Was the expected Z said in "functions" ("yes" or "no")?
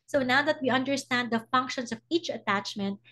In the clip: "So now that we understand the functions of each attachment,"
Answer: no